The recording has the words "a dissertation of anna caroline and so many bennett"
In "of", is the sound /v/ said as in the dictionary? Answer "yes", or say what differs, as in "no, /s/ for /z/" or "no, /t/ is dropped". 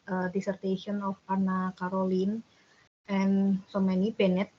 no, /p/ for /v/